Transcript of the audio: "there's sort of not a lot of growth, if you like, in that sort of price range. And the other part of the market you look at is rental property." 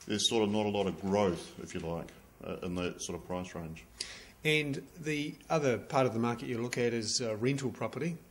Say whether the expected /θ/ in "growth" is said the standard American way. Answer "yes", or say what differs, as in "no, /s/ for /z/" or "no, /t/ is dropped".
yes